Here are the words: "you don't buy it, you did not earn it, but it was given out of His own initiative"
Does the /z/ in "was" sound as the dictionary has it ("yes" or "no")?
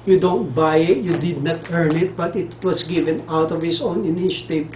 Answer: no